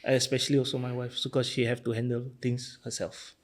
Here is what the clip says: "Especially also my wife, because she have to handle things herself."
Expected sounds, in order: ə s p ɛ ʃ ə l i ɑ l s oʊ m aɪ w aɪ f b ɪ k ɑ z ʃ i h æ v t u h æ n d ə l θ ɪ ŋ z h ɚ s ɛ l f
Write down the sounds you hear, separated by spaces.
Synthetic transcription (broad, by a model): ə s p ɛ ʃ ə l i ɑ l s oʊ m aɪ w aɪ f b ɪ k ɑ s ʃ i h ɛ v t u h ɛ n d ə l t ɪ ŋ s h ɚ s ɛ l f